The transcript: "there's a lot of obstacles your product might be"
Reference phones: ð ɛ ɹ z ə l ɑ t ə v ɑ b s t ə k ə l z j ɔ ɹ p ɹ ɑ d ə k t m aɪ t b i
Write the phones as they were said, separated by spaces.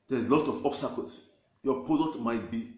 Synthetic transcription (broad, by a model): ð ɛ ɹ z l ɑ t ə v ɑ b s t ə k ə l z j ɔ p ɑ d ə t m aɪ t b i